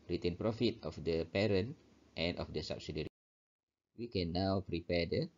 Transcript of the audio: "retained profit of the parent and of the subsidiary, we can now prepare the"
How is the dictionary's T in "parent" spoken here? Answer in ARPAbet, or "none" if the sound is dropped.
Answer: T